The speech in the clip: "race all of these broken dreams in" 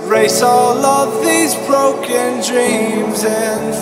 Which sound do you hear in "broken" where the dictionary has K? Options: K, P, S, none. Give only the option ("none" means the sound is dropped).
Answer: K